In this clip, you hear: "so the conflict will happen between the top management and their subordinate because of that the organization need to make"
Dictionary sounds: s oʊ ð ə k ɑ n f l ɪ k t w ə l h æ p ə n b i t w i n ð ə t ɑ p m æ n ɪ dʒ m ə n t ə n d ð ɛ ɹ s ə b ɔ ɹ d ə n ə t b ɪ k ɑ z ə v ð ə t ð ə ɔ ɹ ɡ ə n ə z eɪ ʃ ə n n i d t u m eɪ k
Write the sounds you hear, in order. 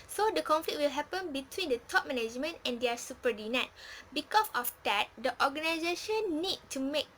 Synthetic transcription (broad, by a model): s oʊ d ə k ɑ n f l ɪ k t w ə l h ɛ p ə n b i t w i n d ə t ɑ p m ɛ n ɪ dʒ m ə n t ə n d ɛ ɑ s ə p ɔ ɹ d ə n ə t b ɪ k ɑ s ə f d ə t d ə ɔ ɡ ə n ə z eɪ ʃ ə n n i d t u m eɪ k